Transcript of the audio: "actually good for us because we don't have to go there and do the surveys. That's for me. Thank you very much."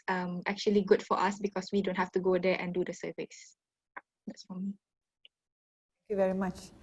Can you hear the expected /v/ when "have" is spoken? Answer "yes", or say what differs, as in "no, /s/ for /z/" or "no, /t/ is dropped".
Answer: no, /f/ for /v/